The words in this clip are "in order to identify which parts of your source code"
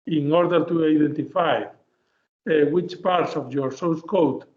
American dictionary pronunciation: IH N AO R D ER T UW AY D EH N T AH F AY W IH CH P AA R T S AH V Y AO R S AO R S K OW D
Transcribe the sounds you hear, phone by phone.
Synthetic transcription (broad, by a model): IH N AO R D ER T UW AY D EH N T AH F AY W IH CH P AA R T S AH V Y AO R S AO W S K OW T